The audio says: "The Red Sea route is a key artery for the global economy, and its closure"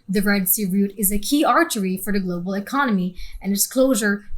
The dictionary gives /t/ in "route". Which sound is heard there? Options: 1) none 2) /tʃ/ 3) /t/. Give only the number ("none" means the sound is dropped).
3